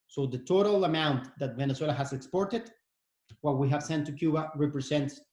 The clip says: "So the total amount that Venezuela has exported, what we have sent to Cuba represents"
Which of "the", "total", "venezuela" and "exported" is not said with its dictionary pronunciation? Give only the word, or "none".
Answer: venezuela